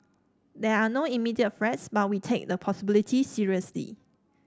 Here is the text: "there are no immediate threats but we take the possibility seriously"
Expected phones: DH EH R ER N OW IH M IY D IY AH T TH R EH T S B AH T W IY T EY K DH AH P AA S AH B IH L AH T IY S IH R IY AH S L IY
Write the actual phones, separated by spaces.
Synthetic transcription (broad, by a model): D EH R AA N OW IH M IY D IY AH T F R EH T S B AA T W IY T EY K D AH P AA S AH B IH L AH T IY S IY R IY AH S L IY